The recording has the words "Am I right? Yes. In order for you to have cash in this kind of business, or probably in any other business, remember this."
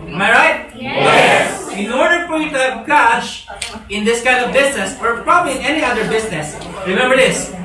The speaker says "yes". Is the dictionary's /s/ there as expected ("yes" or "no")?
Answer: no